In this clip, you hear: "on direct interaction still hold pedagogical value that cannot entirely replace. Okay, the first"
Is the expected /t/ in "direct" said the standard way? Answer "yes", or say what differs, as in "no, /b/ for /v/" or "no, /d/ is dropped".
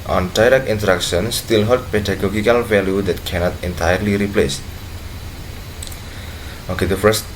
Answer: no, /t/ is dropped